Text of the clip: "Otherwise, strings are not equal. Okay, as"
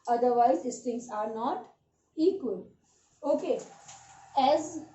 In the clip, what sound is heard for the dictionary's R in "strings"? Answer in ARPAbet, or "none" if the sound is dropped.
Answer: none